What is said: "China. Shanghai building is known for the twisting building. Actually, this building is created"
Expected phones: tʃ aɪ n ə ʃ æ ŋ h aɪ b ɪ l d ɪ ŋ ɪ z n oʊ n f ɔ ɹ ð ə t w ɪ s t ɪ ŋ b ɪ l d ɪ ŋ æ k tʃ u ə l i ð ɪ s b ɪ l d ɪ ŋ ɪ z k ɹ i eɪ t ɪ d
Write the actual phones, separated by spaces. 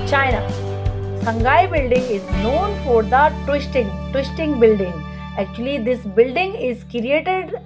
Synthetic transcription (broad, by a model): tʃ aɪ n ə s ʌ ŋ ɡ aɪ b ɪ l d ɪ ŋ ɪ z n oʊ n f ɔ ɹ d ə t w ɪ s t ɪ ŋ b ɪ l d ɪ ŋ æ k tʃ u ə l i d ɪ s b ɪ l d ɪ ŋ ɪ z k ɹ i eɪ t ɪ d